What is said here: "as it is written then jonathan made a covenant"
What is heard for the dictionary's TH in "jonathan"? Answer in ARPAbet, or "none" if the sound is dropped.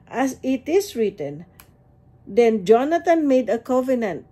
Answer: T